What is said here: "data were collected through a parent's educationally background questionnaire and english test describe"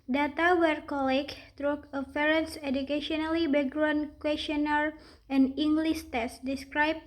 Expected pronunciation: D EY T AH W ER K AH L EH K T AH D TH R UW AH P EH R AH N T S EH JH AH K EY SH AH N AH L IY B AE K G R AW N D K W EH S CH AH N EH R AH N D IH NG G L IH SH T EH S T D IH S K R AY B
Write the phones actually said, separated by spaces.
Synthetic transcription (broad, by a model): D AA T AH W ER K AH L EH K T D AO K AH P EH R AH N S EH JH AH K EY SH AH N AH L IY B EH G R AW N K W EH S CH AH N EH R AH N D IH NG G L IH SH T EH S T D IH S K R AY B